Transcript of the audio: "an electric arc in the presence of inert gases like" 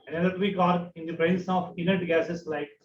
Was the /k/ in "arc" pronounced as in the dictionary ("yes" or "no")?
no